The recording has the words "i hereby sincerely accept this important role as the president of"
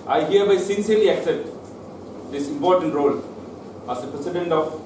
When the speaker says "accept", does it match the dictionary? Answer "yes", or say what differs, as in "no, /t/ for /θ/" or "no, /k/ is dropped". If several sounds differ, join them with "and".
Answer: no, /p/ is dropped